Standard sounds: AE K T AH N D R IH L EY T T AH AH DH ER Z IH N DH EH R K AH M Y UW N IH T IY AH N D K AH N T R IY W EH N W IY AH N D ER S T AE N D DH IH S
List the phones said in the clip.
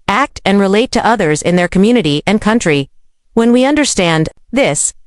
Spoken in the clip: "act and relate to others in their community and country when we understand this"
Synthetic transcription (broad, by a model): AE K T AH N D R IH L EY T T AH AH DH ER Z IH N DH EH R K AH M Y UW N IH T IY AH N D K AH N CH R IY W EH N W IY AH N D ER S T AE N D DH IH S